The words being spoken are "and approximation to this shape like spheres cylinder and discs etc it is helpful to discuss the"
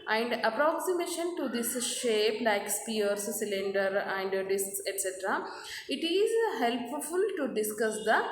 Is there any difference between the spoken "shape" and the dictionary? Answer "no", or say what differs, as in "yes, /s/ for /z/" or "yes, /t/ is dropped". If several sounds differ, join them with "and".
no